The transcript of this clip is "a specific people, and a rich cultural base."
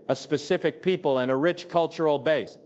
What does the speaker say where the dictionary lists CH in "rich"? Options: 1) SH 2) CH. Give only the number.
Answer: 2